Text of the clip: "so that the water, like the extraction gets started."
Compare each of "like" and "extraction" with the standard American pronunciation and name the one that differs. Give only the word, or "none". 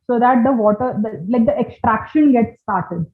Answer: none